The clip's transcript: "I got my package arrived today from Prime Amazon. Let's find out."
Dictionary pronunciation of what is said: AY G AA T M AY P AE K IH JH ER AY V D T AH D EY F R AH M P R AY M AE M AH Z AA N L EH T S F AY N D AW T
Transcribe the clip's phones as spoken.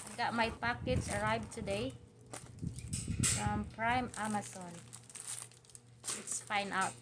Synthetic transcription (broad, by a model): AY G AA T M AY P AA K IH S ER AY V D T AH D EY F R AH M P R AY M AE M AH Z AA N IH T S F AY N AW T